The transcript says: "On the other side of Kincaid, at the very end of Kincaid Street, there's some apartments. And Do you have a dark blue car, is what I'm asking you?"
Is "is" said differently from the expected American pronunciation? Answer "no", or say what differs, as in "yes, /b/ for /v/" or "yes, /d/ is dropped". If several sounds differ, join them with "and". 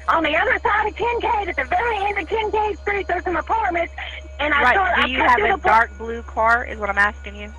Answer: no